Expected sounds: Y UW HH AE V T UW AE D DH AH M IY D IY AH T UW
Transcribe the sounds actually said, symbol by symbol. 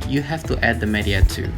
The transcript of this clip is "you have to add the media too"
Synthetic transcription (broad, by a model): Y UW HH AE F T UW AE D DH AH M IY D IY AH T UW